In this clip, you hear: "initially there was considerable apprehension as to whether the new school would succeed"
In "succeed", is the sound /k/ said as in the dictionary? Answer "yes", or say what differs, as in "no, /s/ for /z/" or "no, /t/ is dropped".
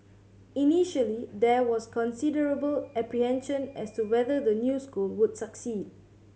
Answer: yes